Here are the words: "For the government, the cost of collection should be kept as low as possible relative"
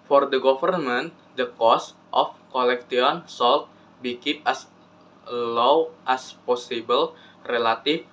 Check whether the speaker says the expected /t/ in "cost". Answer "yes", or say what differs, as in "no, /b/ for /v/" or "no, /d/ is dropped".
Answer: yes